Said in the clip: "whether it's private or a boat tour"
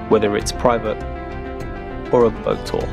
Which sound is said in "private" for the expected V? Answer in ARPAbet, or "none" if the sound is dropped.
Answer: V